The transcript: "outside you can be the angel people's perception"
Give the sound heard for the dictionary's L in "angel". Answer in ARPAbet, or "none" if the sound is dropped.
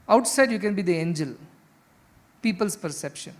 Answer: L